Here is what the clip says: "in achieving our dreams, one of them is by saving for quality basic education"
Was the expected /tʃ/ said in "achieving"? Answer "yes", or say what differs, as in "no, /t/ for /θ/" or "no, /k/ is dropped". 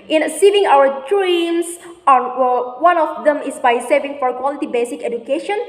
no, /s/ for /tʃ/